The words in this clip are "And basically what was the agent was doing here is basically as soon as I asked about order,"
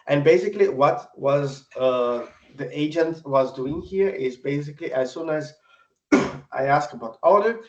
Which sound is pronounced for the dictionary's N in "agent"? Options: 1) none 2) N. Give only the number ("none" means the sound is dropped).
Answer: 2